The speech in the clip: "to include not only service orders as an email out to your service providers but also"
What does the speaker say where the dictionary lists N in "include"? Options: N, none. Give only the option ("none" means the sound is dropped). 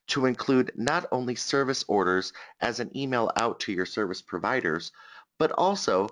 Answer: N